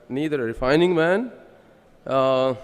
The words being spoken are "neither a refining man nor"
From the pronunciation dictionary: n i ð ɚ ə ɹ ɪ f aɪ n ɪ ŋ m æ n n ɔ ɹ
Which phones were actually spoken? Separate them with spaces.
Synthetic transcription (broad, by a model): n i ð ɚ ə ɹ ɪ f aɪ n ɪ ŋ m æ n n